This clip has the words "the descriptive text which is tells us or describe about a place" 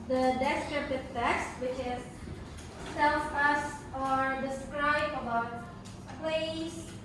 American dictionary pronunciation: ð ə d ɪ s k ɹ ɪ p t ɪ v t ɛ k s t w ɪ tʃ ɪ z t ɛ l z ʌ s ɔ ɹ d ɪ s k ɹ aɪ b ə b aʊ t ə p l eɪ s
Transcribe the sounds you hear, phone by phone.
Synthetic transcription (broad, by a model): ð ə d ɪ s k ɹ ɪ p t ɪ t t ɛ k s t w ɪ tʃ ɪ z s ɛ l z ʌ s ɔ ɹ d ɪ s k ɹ aɪ b ə b aʊ t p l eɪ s